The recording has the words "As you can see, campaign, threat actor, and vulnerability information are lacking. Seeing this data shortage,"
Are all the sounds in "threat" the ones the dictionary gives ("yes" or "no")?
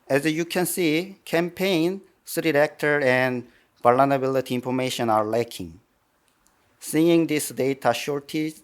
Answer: no